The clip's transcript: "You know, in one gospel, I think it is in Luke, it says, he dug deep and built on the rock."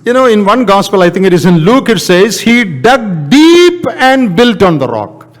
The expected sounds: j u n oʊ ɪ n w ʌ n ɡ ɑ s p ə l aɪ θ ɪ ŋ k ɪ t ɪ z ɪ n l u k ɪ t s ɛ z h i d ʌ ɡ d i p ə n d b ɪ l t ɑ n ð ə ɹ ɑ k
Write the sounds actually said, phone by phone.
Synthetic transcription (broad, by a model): j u n oʊ ɪ n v ʌ n ɡ ɑ s p ə l aɪ t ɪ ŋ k ɪ t ɪ z ɪ n l u k ɪ t s ɛ z h i d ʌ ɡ d i p ə n d b ɪ l t ɑ n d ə ɹ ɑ k